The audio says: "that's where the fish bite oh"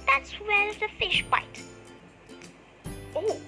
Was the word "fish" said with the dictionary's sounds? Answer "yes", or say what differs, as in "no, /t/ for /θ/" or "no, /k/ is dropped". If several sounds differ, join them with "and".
yes